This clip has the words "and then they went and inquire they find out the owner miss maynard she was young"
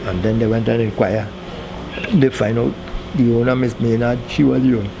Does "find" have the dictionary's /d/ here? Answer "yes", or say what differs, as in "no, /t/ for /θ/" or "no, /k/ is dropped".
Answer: no, /d/ is dropped